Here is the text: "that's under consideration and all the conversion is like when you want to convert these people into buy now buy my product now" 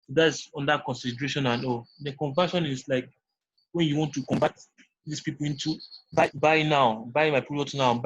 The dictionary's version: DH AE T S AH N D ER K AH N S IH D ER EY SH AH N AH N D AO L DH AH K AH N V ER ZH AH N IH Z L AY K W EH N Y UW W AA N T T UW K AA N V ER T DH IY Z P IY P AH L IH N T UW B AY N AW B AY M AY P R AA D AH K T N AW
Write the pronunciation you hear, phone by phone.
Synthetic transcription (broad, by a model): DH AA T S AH N D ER K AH N S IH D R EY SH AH N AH N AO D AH K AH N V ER SH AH N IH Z L AY K W EH N Y UW W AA N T T UW K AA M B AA T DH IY S P IY P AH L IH N T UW B AY N AW B AY M AY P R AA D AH T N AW